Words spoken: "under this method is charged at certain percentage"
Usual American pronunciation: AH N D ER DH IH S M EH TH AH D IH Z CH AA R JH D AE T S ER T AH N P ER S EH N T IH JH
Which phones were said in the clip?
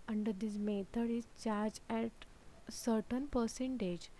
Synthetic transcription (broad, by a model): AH N D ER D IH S M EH T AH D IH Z CH AA R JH AE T S ER T AH N P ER S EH N T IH JH